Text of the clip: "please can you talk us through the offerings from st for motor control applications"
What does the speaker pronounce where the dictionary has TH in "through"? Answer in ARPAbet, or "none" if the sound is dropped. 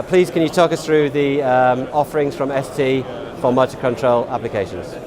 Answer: TH